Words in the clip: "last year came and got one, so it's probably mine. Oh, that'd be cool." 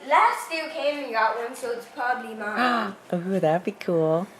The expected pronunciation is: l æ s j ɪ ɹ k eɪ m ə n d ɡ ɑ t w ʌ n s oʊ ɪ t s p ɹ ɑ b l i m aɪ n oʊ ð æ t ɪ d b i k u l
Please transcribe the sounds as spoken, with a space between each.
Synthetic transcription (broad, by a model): l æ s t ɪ k eɪ m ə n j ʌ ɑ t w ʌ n s oʊ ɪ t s p ɹ ɑ b l i m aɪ oʊ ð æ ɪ b i k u l